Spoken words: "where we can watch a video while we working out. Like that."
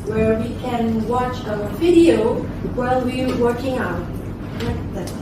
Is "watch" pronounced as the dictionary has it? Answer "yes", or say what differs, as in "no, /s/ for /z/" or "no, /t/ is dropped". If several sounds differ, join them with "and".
yes